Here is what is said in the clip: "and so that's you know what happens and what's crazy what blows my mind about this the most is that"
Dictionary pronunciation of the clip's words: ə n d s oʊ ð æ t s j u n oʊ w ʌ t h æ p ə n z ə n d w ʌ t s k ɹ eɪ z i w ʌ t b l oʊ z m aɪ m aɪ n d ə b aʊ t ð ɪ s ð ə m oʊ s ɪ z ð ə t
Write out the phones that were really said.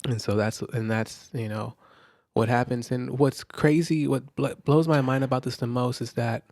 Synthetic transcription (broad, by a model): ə n s oʊ ð æ t s j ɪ n oʊ w ʌ t h æ p ə n z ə n w ʌ t s k ɹ eɪ z i w ʌ t b l oʊ z m aɪ m aɪ n d ə b aʊ t ð ɪ s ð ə m oʊ s ɪ z ð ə t